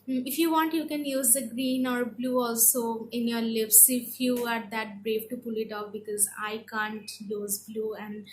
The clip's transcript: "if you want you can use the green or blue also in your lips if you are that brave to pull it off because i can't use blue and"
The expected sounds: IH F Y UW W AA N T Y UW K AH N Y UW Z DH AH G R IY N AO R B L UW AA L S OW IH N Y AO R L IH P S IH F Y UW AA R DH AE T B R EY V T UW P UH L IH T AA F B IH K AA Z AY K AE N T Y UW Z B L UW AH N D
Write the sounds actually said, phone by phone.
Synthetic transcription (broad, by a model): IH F Y UW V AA N T Y UW K AH N Y UW Z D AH G R IY N AO R B L UW AA L S OW IH N Y AO R L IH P S IH F Y UW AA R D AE T B R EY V T UW P UH L IH T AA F B IH K AA Z AY K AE N T Y UW Z B L UW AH N D